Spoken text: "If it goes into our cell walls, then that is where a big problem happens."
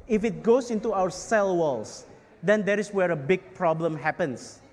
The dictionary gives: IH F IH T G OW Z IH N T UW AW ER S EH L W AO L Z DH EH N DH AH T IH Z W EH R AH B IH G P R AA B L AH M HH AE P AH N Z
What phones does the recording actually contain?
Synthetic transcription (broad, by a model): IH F IH T G OW S IH N T UW AW ER S EH L W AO L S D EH N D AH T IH S W EH R AH B IH G P R AA B L AH M HH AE P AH N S